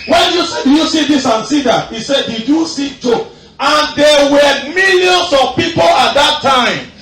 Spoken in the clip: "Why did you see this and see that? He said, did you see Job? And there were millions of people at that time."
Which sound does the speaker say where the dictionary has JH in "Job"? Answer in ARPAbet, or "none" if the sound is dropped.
CH